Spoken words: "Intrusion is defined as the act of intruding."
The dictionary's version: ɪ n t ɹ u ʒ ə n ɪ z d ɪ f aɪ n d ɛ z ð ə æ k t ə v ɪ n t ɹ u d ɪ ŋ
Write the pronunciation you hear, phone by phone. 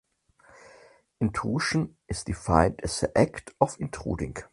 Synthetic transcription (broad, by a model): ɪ n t u ʃ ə n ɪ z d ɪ f aɪ n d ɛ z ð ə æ k t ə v ɪ n t ɹ u d ɪ ŋ